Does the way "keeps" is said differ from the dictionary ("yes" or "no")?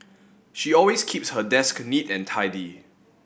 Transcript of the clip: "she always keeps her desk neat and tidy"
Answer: no